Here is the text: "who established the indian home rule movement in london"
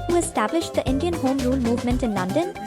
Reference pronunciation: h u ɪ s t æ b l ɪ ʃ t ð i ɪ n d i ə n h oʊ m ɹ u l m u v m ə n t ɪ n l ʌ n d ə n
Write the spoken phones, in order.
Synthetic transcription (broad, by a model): h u ɪ s t æ b l ɪ ʃ t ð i ɪ n d i ə n h oʊ m ɹ u l m u v m ə n t ɪ n l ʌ n d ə n